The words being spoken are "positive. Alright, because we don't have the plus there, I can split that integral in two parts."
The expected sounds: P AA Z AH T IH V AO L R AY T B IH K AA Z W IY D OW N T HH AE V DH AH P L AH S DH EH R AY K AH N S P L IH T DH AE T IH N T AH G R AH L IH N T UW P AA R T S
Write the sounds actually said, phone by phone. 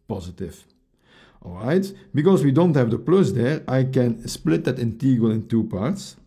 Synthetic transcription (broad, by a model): P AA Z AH T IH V AO L R AY T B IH K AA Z W IY D OW N T HH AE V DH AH P L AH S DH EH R AY K AH N S P L IH T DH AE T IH N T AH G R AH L IH N T UW P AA R T S